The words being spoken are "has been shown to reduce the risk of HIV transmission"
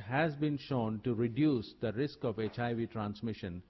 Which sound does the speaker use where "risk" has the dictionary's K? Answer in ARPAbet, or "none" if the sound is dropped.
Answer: K